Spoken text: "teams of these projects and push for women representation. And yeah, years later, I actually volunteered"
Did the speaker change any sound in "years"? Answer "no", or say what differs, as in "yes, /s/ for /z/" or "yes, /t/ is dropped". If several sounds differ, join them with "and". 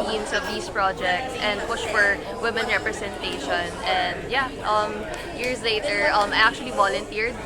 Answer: yes, /s/ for /z/